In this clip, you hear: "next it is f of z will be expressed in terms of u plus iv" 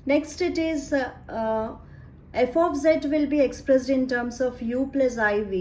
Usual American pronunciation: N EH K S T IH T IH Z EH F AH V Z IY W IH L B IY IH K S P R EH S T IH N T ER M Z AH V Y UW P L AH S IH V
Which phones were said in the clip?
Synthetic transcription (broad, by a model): N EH K S T IH T IH Z EH F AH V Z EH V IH L B IY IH K S P R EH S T IH N T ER M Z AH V Y UW P L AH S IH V